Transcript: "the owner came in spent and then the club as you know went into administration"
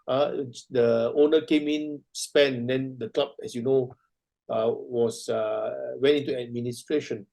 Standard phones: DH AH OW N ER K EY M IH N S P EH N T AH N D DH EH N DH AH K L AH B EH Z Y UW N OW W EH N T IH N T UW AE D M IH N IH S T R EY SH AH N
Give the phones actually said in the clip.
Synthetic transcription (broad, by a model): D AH OW N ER K EY M IH N S P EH N AH N D EH N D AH K L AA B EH S Y UW N OW W EH N T IH N T UW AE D M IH N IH S T R EY SH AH N